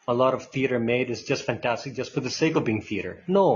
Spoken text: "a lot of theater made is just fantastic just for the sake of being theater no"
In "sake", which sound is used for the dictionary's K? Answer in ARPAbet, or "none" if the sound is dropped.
K